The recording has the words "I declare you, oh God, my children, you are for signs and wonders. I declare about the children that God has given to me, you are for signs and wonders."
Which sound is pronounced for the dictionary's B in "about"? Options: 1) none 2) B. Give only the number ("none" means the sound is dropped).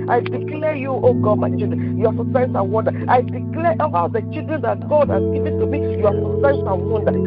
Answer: 1